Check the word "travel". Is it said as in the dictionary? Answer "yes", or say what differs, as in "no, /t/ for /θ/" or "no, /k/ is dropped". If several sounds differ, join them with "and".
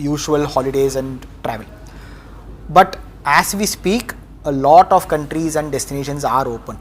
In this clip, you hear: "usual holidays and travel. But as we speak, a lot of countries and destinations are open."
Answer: yes